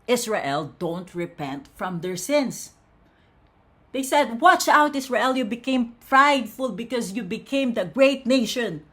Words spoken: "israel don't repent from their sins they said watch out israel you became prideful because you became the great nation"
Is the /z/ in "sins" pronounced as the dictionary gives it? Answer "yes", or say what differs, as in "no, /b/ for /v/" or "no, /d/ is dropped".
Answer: no, /s/ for /z/